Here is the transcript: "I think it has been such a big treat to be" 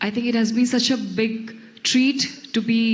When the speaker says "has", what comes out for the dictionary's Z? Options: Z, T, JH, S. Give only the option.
Z